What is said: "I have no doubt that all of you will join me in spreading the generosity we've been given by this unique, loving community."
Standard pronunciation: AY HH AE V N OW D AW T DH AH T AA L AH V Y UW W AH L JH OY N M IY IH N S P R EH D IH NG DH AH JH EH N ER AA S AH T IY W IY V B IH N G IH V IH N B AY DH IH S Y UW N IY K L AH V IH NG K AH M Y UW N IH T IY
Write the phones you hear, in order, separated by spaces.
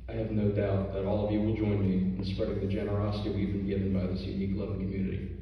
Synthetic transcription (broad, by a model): AY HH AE V N OW D AW T DH AH T AA L AH V Y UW W AH L JH OY N M IY IH N S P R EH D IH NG DH AH JH EH N ER AA S AH T IY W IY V B IH N G IH V IH N B AY DH IH S Y UW N IY K L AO IH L K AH M Y UW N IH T IY